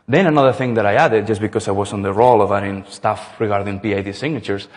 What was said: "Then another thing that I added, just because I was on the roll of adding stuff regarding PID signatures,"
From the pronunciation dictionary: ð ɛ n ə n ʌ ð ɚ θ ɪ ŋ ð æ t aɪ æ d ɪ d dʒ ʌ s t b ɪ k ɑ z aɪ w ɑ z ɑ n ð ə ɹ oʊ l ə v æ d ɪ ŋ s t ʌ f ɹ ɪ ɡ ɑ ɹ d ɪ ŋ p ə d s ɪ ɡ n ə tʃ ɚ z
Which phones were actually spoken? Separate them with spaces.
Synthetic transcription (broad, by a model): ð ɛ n ə n ʌ ð ɚ θ ɪ ŋ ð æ t aɪ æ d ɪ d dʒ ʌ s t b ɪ k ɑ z aɪ w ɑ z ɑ n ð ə ɹ oʊ l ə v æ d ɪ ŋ s t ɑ f ɹ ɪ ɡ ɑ ɹ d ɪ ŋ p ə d s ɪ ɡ n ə tʃ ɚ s